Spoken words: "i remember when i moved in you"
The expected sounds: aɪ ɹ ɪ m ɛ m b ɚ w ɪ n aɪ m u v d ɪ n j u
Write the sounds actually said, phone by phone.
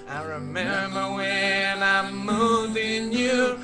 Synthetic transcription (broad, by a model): aɪ ɹ ɪ m ɛ m b ɚ w ɪ n aɪ m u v ɪ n j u